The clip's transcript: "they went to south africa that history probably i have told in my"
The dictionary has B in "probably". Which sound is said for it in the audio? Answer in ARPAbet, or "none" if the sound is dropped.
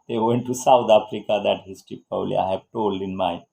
none